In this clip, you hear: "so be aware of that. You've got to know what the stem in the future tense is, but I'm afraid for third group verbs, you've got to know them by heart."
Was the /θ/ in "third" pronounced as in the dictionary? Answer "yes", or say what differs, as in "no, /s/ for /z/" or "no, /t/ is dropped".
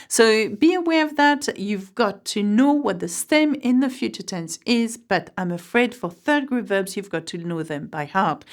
yes